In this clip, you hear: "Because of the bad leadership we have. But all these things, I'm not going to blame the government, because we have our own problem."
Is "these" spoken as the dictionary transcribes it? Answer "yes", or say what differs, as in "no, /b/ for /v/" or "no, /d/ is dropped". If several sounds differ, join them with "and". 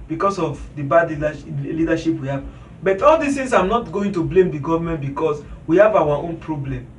no, /s/ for /z/